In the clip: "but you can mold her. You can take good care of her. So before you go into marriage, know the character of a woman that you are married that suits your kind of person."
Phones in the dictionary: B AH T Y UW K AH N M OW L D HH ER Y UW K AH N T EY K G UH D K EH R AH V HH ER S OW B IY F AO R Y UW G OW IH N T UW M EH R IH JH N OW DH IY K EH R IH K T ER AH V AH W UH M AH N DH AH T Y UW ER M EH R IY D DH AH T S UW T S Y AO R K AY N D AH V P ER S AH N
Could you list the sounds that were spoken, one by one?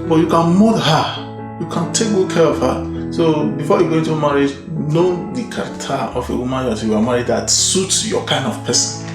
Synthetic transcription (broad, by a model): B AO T Y UW K AH N M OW D HH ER Y UW K AH N T EY K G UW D K EH R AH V HH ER S OW B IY F AO Y UW G OW IH N T UW M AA R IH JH N OW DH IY K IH T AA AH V AH W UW M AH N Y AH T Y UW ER M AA R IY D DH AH T S UW T S Y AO K AY N D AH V P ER S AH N